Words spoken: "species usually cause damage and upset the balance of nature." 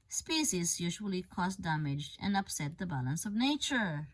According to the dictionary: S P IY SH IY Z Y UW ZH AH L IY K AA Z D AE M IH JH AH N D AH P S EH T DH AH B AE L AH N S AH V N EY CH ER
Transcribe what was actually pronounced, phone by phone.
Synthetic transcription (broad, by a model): S P IY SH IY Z Y UW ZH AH L IY K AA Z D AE M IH JH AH N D AH P S EH T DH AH B AE L AH N S AH V N EY CH ER